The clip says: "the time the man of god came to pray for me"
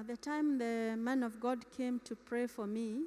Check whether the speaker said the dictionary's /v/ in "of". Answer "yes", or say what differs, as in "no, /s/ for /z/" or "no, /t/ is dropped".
yes